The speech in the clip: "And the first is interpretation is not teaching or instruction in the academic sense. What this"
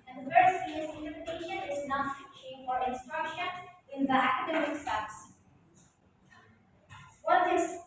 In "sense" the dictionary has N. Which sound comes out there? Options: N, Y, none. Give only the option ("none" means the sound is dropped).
none